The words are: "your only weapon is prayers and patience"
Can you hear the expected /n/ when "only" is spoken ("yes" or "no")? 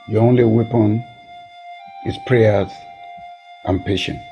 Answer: yes